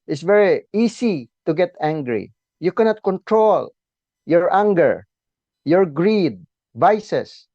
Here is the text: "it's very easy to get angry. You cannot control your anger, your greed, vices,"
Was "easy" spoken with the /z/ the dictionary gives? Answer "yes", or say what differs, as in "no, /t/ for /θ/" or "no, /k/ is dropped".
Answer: no, /s/ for /z/